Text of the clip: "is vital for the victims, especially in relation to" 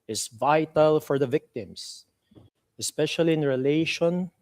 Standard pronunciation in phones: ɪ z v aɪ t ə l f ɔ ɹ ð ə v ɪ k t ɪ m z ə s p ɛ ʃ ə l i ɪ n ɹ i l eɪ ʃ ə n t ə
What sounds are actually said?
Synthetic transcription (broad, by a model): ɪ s v aɪ t ə l f ɔ ɹ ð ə v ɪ k t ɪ m s ə s p ɛ ʃ ə l i ɪ n ɹ i l eɪ ʃ ə n